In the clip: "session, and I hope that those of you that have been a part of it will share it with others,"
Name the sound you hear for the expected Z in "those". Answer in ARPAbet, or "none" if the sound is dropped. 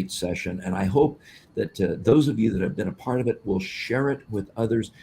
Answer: Z